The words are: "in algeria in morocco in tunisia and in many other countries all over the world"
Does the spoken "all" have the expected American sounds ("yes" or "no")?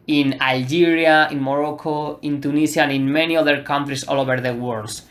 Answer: yes